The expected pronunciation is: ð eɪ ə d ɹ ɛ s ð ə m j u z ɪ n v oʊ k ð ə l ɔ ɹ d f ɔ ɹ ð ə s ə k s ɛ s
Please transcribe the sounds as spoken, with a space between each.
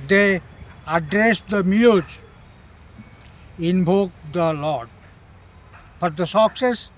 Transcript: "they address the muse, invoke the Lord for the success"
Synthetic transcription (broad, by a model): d eɪ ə d ɹ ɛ s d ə m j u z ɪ n b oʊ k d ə l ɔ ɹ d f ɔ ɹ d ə s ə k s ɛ s